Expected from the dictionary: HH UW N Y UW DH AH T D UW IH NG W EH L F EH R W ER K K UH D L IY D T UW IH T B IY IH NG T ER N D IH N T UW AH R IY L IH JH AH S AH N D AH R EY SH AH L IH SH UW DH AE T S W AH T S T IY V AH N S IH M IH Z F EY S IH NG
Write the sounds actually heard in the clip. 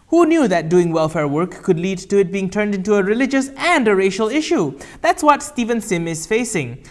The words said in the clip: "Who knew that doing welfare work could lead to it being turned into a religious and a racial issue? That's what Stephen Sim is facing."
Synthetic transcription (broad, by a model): HH UW N Y UW DH AH T D UW IH NG W EH L F EH R W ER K K UH D L IY D T UW IH T B IY IH NG T ER N D IH N T UW AH R IY L IH JH AH S AH N D AH R EY SH AH L IH SH UW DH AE T S W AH T S T IY V AH N S IH M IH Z F EY S IH NG